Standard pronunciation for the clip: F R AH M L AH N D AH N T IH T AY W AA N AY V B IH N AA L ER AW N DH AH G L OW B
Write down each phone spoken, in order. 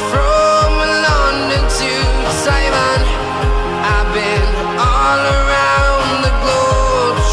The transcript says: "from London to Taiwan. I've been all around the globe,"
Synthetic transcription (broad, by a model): F R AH M L AH N D AH N T IH S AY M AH N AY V B IH N AA L ER AW N DH AH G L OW